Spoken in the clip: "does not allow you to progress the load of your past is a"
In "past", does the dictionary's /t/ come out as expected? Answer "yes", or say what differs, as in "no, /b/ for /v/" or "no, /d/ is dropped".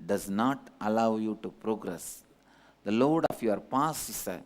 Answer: no, /t/ is dropped